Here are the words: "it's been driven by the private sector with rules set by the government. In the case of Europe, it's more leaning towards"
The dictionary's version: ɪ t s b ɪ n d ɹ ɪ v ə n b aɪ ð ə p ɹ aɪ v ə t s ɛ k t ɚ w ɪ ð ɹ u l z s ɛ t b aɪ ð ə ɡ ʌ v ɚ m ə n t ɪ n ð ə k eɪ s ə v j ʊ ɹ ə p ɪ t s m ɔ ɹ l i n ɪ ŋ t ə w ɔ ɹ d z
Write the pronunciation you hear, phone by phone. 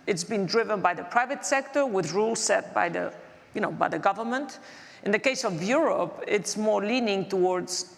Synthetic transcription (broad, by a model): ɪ t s b ɪ n d ɹ ɪ v ə n b aɪ ð ə p ɹ aɪ v ə t s ɛ k t ɚ w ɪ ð ɹ u l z s ɛ t b aɪ ð ə ɡ ʌ v ɚ m ə n t ɪ n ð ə k eɪ s ə v j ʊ ɹ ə p ɪ t s m ɔ ɹ l i n ɪ ŋ t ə w ɔ ɹ d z